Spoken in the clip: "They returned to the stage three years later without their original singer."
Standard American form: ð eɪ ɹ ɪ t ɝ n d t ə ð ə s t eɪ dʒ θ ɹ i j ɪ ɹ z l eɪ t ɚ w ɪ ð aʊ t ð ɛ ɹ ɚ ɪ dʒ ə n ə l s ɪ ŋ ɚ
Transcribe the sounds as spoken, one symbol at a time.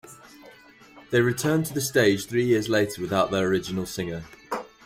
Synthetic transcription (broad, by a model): ð eɪ ɹ ɪ t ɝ n t ə ð ə s t eɪ dʒ θ ɹ i j ɪ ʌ z l eɪ t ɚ w ɪ ð aʊ t ð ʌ ɹ ɚ ɪ dʒ ə n ə l s ɪ ŋ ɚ